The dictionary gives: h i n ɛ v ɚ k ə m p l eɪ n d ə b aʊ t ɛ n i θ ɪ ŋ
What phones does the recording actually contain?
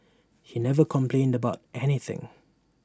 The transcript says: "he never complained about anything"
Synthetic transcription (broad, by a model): h i n ɛ v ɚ k ə m p l eɪ n d ə b aʊ t ɛ n i θ ɪ ŋ